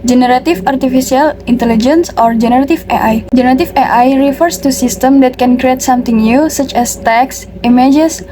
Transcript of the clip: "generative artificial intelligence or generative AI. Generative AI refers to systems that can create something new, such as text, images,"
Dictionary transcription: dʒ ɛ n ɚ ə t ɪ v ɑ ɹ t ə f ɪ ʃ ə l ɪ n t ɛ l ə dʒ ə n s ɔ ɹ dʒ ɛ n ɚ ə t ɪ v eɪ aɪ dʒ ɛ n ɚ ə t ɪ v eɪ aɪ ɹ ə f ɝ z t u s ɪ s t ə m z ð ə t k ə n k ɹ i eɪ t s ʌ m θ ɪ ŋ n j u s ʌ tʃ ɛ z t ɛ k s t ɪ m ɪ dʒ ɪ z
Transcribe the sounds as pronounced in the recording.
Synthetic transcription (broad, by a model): dʒ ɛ n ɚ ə t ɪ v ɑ ɹ t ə f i s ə l ɪ n t ɛ l ə dʒ ə n s ɔ ɹ dʒ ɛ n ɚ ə t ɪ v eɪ aɪ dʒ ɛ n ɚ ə t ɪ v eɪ aɪ ɹ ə f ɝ s t u s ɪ s t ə m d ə t k ə n k ɹ i eɪ t s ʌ m t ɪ ŋ n j u s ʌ tʃ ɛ s t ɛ k s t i m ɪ dʒ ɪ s